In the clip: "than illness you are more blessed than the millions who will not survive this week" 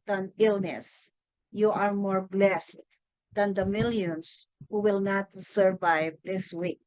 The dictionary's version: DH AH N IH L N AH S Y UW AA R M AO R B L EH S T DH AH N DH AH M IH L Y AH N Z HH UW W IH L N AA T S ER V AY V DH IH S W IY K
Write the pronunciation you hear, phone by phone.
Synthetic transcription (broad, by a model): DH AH N IH L N AH S Y UW AA R M AO R B L EH S T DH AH N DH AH M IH L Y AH N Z HH UW W IH L N AA T S ER V AY V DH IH S W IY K